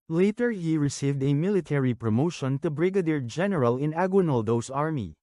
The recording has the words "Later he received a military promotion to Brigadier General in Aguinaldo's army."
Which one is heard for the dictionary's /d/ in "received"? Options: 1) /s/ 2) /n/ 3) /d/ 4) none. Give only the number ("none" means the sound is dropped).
3